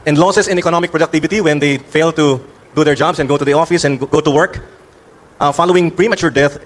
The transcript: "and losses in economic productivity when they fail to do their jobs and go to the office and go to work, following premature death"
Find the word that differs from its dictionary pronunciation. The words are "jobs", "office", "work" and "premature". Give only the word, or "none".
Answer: jobs